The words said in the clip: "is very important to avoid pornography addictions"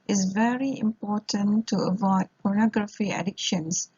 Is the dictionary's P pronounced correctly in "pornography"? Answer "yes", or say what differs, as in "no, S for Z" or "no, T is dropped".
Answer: yes